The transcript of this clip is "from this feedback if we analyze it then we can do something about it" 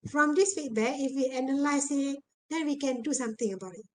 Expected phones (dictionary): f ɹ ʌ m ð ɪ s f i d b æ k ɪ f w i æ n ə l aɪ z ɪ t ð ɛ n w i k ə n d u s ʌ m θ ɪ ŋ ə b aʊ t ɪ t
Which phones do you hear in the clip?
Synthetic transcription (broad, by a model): f ɹ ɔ m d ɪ s f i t b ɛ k ɪ f w i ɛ n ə l aɪ s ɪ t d ɛ n w i k ə n d u s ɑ m t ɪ ŋ ə b aʊ t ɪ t